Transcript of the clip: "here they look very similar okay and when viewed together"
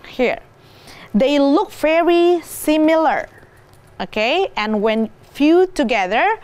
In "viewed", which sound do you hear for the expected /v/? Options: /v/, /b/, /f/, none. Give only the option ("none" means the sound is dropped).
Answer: /f/